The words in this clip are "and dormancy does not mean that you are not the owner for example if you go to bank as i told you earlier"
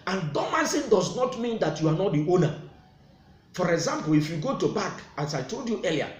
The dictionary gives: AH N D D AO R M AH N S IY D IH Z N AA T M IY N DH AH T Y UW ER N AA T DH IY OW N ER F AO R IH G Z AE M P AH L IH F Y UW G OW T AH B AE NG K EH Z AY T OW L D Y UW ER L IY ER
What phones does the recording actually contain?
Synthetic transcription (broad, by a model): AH N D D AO M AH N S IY D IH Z N AA T M IY N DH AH T Y UW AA N AA T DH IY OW N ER F AO R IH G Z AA M P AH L IH F Y UW G OW T AH B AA K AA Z AY T OW L D Y UW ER L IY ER